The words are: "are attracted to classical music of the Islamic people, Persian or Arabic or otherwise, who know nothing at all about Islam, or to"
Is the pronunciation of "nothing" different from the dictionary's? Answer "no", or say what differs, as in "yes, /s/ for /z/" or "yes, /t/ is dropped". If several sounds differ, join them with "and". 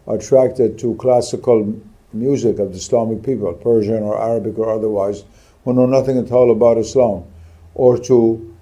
no